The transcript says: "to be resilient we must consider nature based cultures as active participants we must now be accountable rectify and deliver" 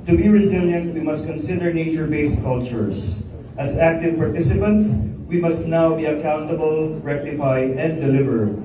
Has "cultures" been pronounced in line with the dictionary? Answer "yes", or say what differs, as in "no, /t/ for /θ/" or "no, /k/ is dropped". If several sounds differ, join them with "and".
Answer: no, /s/ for /z/